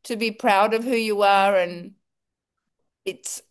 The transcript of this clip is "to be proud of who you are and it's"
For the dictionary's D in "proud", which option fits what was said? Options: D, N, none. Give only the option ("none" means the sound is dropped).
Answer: D